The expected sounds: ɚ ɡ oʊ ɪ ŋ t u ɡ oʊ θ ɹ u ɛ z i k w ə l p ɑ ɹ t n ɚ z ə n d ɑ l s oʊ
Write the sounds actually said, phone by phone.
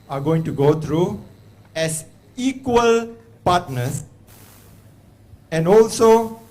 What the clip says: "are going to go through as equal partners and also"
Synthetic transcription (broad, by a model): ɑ ɡ oʊ ɪ ŋ t u ɡ oʊ t ɹ u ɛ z i k w ə l p ɑ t n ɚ s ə n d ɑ l s oʊ